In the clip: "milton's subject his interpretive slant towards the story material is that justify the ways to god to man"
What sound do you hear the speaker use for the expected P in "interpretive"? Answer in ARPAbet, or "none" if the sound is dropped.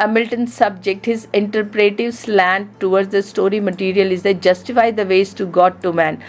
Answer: P